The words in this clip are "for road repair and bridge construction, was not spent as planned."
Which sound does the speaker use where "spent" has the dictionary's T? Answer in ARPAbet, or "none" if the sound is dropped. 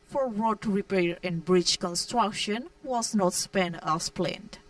none